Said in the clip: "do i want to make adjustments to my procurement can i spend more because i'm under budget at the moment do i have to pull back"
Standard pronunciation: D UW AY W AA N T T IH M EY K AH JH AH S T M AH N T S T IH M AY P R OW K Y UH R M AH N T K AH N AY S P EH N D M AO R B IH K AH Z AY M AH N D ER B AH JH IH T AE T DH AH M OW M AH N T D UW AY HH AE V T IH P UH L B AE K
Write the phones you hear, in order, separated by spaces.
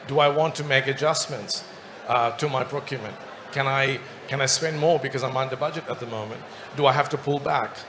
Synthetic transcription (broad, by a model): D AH AY W AA N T T IH M EY K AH JH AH S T M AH N T S T IH M AY P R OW K Y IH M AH N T K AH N AY S P EH N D M AO R B IH K AH Z AY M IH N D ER B AH JH IH T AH T DH AH M OW M AH N T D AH AY HH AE F T IH P UH L B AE K